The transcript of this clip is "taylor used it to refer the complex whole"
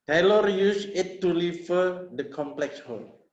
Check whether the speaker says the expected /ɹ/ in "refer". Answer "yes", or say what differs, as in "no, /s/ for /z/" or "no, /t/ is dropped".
no, /l/ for /ɹ/